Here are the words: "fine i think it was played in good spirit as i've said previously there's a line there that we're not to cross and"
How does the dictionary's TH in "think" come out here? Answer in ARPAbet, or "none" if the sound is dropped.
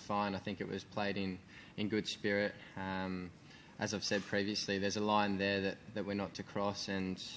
TH